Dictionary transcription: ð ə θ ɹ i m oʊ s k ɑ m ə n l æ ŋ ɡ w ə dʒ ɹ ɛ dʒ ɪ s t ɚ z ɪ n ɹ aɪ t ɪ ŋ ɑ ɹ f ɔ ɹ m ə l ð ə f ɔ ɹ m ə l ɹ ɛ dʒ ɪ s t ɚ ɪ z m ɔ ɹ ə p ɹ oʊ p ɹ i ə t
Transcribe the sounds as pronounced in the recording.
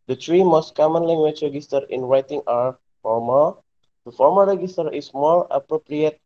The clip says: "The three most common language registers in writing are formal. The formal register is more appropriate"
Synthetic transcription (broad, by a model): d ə t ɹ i m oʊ s k ɑ m ə n l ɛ ŋ ɡ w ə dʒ ɹ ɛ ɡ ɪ s t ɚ ɪ n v aɪ t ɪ ŋ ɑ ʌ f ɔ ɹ m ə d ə f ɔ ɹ m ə ɹ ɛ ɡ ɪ s t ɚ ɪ s m ɔ ɹ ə p ɹ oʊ p ɹ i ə t